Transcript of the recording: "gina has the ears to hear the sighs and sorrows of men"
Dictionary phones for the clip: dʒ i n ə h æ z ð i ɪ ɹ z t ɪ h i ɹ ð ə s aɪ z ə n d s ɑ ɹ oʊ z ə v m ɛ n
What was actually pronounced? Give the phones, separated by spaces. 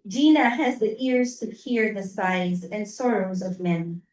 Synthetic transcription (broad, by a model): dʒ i n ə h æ z ð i ɪ ɹ z t ɪ h i ɹ ð ə s aɪ z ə n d s ɑ ɹ oʊ z ə v m ɛ n